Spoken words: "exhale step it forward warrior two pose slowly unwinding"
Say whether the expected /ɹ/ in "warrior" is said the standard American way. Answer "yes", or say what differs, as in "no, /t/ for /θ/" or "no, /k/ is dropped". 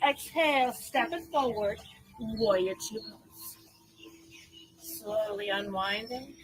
no, /ɹ/ is dropped